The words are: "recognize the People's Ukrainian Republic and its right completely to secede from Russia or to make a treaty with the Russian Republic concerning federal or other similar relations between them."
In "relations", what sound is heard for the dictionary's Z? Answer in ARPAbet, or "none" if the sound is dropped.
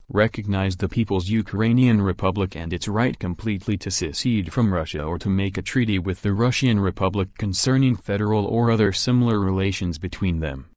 Z